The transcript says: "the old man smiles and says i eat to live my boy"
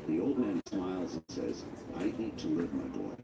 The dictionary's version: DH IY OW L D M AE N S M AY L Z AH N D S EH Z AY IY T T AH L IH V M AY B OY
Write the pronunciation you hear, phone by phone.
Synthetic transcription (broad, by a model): DH IY OW L D M AE N S M AY L Z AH N S EH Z AY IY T T AH L IH V M AY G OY